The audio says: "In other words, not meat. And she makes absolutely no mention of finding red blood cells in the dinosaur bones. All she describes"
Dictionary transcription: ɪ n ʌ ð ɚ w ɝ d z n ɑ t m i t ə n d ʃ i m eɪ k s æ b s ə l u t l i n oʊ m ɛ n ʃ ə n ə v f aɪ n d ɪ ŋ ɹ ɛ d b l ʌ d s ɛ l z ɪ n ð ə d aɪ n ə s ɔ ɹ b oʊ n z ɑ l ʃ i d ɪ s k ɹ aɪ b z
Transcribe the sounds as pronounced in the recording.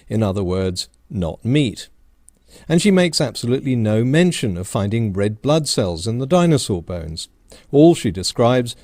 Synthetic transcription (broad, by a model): ɪ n ʌ ð ɚ w ɝ d z n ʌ t m i t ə n ʃ i m eɪ k s æ b s ə l u t l i n oʊ m ɛ n ʃ ə n ə v f aɪ n d ɪ ŋ ɹ ɛ d b l ʌ d s ɛ l z ɪ n ð ə d aɪ n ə s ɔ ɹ b oʊ n z ɑ l ʃ i d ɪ s k ɹ aɪ b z